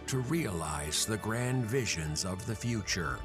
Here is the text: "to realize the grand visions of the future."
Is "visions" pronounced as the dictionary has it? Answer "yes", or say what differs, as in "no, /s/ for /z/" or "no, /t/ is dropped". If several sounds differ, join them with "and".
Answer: yes